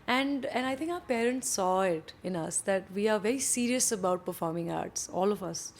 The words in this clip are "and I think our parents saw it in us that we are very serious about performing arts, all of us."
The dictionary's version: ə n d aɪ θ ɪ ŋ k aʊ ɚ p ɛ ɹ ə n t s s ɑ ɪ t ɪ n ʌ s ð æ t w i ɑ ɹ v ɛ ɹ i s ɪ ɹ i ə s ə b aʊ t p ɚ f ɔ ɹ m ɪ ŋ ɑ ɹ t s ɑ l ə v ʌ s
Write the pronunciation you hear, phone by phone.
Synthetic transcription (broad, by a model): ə n d aɪ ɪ ŋ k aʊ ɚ p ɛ ɹ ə n t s s ɑ ɪ t ɪ n ʌ s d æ t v i ɑ ɹ v ɛ ɹ i s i ɹ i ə s ə b aʊ t p ɚ f ɔ ɹ m ɪ ŋ ɑ ɹ t s ɑ l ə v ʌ s